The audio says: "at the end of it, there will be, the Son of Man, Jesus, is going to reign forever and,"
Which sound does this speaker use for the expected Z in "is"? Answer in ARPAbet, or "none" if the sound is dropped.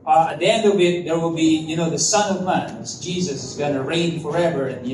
Z